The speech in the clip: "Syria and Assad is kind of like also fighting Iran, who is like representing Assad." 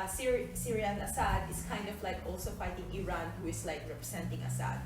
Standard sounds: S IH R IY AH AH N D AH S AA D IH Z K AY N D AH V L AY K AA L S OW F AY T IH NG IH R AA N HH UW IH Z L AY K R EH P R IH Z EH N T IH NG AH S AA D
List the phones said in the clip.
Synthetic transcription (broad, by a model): S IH R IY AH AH N AH S AA D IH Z K AY N D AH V L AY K AA L S OW F AY T IH NG IH R AA N HH UW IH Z L AY K R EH P R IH S EH N T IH NG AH S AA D